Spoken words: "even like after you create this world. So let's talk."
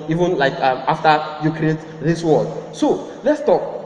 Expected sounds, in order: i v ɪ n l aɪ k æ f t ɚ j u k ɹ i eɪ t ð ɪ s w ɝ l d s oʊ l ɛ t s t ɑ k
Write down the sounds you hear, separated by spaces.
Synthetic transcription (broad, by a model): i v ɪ n l aɪ k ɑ f t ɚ j u k ɹ i eɪ t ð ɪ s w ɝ d s oʊ l ɛ t s t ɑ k